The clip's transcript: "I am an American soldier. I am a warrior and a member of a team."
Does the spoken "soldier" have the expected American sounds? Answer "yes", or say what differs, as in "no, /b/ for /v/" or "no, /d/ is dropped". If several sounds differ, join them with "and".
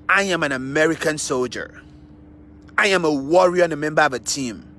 yes